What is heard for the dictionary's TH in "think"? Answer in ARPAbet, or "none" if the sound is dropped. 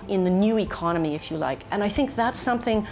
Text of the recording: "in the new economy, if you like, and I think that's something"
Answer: TH